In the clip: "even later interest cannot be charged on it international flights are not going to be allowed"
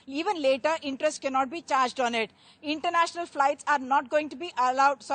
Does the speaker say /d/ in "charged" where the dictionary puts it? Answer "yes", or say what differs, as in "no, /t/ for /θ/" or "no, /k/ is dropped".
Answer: yes